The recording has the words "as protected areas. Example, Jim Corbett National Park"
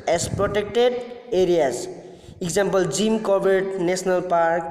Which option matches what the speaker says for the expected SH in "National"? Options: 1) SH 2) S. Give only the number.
2